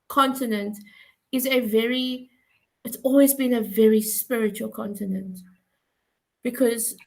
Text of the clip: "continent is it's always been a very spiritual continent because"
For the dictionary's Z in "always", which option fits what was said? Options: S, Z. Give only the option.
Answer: Z